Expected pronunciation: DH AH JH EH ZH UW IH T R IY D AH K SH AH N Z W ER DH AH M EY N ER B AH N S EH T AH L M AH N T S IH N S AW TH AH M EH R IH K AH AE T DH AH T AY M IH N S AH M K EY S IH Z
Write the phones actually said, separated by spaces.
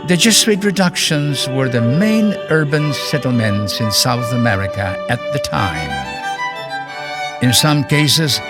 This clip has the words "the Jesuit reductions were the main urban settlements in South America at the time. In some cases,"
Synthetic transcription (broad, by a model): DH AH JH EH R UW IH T R IY D AH K SH AH N Z W ER DH AH M EY N ER B AH N S EH T L M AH N T S IH N S AW TH AH M EH R IH K AH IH T DH AH T AY M IH N S AH M K EY S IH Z